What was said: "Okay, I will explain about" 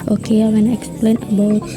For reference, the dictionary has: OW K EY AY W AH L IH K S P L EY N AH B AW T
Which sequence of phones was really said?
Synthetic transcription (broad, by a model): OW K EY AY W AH N IH K S P L EY N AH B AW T